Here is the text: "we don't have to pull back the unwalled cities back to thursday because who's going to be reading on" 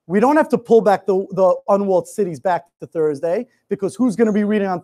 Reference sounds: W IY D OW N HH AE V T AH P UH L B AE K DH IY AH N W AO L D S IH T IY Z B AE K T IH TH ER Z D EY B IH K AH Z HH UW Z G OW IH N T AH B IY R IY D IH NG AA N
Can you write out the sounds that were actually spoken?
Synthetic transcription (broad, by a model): W IY D OW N HH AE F T AH P UH L B AE K DH IY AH N W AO L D S IH T IY Z B AE K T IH TH ER Z D EY B IH K AH Z HH UW Z G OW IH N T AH B IY R IY D IH NG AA N